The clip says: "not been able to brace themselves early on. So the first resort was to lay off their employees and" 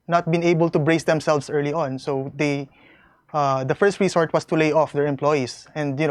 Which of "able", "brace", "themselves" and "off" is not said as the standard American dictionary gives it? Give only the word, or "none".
themselves